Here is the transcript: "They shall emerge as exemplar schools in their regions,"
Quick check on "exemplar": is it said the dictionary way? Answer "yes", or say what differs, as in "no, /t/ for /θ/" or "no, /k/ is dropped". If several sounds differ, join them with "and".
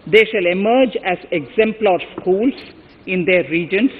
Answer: yes